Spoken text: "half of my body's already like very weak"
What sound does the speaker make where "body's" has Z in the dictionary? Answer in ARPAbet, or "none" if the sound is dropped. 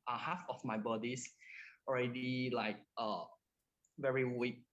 S